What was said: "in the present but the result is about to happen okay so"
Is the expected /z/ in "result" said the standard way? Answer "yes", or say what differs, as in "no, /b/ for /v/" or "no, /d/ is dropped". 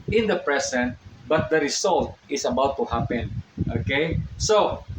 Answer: no, /s/ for /z/